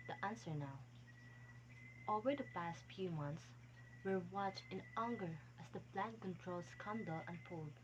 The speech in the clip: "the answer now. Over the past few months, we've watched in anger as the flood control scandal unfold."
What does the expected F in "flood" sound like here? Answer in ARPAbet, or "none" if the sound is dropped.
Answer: P